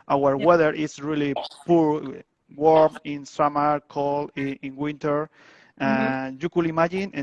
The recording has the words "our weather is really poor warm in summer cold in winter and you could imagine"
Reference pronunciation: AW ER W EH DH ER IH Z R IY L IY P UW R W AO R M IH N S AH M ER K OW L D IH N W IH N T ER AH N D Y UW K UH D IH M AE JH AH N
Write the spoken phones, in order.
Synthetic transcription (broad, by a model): AW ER W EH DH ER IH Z R IY L IY P UW R W AO R M IH N S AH M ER K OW L IH N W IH N T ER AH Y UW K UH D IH M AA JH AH N